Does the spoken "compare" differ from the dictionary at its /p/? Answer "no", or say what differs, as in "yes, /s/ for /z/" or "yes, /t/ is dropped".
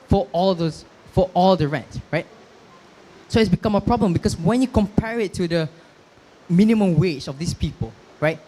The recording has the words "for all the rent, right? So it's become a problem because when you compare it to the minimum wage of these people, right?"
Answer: no